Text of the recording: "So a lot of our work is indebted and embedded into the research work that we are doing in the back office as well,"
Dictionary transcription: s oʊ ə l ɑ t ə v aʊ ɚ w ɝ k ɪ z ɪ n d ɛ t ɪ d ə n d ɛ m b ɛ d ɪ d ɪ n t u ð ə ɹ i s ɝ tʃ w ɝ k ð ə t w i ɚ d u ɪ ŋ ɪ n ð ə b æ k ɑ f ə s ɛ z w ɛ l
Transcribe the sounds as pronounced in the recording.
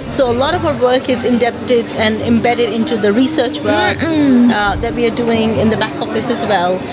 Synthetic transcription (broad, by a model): s oʊ ə l ɑ t ə v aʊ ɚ w ɝ k ɪ z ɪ n d ɛ t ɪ d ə n ɛ m b ɛ d ɪ d ɪ n t u ð ə ɹ i s ɝ tʃ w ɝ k ð ə t w i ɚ d u ɪ ŋ ɪ n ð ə b æ k ɑ f ə s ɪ z w ɛ l